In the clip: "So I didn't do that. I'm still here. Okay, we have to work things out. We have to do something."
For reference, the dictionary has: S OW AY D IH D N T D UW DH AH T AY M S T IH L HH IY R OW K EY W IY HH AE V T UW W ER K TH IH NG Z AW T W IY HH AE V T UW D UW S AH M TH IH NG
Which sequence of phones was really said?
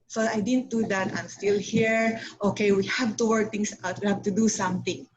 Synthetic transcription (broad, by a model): S OW AY D IH D N T D UW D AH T AY M S T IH L HH IY R OW K EY W IY HH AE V T UW W ER K T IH NG S AW T W IY HH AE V T UW D UW S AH M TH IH NG